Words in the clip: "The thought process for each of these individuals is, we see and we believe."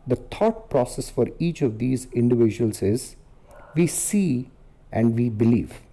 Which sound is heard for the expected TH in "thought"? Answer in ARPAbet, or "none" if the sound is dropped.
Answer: T